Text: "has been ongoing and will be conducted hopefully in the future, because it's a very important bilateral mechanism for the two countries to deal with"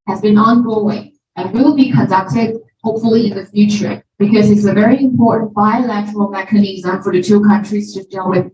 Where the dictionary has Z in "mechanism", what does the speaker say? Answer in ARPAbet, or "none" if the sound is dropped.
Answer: Z